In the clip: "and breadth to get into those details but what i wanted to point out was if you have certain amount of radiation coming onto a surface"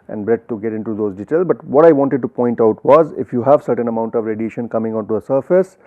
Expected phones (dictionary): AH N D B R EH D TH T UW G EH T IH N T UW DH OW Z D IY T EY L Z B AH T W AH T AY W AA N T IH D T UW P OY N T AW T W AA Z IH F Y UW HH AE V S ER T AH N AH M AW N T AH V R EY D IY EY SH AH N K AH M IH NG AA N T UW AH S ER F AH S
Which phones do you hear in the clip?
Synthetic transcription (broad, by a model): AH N D B R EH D T UW G EH T IH N T UW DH OW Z D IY T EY L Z B AH T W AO T AY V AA N T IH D T UW P OY N T AW T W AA Z IH F Y UW HH AE V S ER T AH N AH M AW N T AH V R EY D IY EY SH AH N K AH M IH NG AA N T UW AH S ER F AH S